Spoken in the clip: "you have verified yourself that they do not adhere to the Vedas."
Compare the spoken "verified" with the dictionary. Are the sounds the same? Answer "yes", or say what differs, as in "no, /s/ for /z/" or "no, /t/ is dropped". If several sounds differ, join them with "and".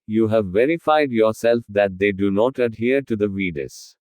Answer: yes